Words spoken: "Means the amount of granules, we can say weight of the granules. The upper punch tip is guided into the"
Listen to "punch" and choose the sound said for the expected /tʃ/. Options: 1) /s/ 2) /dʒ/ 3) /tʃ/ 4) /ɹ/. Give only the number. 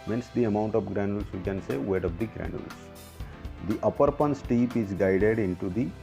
1